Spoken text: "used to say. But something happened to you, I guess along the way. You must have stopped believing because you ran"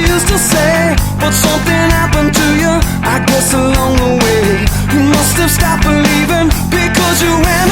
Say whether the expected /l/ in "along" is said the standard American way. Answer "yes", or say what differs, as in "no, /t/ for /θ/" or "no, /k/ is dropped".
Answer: yes